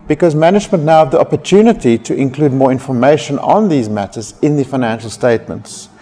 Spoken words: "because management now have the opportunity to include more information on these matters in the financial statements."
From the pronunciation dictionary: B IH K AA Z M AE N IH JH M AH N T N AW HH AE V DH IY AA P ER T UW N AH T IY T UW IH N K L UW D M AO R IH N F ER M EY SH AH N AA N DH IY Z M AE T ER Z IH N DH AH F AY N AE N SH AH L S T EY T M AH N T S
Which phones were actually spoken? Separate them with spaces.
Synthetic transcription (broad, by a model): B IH K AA Z M AE N IH JH M AH N T N AW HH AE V DH IY AA P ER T UW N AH T IY T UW IH N K L UW D M AO R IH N F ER M EY SH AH N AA N DH IY Z M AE T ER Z IH N DH AH F AY N AE N SH AH L S T EY T M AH N T S